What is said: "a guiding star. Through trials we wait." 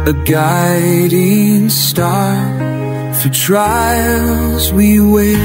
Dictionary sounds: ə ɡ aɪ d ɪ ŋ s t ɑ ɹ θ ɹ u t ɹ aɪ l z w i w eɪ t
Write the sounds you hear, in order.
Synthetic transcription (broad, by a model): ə ɡ aɪ d ɪ ŋ s t ɑ ɹ f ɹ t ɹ aɪ l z w i w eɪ